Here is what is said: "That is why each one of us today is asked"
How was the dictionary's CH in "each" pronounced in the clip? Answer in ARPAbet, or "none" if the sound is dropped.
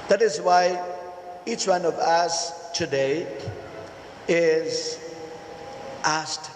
CH